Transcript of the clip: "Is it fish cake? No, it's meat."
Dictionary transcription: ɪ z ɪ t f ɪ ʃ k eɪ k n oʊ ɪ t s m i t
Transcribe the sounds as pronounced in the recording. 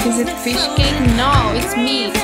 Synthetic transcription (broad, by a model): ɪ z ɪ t f ɪ ʃ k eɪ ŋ n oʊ ɪ t s m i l